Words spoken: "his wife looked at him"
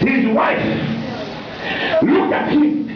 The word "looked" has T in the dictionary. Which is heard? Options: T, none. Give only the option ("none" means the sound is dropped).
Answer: none